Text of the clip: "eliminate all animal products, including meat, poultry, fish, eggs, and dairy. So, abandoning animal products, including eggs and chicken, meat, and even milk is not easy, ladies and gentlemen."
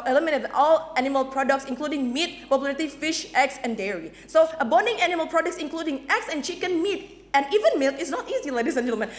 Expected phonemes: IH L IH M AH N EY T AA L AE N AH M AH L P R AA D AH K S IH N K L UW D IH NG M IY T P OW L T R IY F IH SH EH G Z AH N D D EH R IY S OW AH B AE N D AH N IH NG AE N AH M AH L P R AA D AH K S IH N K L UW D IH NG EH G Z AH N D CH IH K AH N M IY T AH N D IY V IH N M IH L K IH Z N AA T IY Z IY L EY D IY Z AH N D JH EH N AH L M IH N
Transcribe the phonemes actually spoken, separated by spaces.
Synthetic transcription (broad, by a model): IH L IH M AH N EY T AA L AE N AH M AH L P R AA D AH K S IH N K L UW D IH NG M IY T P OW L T IY F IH SH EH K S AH N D D EH R IY S OW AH B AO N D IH NG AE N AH M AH L P R AA D AH K S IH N K L UW D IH NG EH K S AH N CH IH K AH N M IY T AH N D IY V IH N M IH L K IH S N AA T IY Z IY L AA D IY S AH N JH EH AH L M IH N